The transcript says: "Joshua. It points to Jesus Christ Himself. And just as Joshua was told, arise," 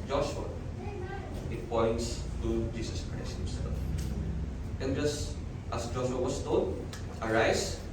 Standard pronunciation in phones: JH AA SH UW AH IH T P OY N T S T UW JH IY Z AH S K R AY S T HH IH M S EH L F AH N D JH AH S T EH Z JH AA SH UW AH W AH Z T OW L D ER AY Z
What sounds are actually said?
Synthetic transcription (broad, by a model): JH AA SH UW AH IH T P OY N T S T UW JH IY S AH S K R AY S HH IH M S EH L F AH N JH AH S T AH S JH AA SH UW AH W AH S T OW D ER AY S